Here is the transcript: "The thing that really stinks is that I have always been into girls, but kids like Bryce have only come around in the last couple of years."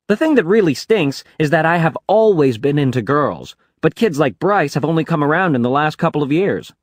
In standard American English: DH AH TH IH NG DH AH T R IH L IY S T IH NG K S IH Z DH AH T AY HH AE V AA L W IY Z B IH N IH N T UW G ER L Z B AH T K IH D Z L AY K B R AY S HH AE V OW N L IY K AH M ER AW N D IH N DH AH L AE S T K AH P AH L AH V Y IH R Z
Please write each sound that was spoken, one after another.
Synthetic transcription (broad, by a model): DH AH TH IH NG DH AH T R IH L IY S T IH NG K S IH Z DH AH T AY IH V AA L W IY Z B IH N IH N T UW G ER L Z B AH T K IH D Z L AY K B R AY S HH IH V OW N L IY K AH M ER AW N D IH N DH AH L AE S T K AH P L AH V Y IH R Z